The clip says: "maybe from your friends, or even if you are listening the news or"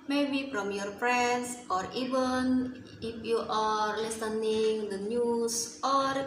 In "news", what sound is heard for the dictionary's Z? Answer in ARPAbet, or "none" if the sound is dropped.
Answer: S